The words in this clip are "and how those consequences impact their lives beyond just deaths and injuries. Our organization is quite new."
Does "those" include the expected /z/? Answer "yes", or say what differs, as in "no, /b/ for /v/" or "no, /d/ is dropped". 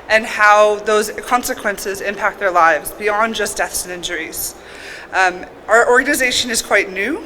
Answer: yes